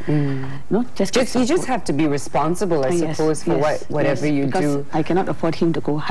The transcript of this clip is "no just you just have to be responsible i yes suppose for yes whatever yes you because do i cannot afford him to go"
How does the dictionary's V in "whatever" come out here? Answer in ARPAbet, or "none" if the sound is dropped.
V